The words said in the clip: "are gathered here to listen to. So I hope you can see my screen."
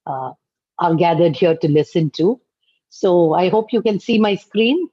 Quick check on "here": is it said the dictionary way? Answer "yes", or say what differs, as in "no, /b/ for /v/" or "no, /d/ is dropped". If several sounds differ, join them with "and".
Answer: yes